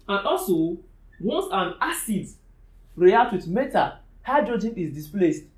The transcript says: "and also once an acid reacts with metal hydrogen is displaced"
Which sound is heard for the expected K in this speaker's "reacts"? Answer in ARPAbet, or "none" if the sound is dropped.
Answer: none